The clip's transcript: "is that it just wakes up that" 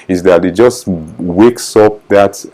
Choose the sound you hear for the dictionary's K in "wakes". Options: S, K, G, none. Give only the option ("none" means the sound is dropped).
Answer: K